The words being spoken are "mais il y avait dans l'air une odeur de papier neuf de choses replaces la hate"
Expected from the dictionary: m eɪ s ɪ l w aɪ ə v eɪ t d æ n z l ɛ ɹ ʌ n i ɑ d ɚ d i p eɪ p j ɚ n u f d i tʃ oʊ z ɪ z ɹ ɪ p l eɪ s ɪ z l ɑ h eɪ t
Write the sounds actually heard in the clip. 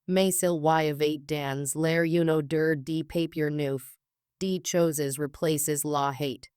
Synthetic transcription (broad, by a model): m eɪ s ɪ l w aɪ ə v eɪ t d æ n z l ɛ ɹ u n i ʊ d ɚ d i p eɪ p j ɚ n u f d i tʃ oʊ z ɪ z ɹ ɪ p l eɪ s ɪ z l ɑ h eɪ t